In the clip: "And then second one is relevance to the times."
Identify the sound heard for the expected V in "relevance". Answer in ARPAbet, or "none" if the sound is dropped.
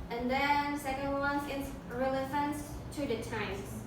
F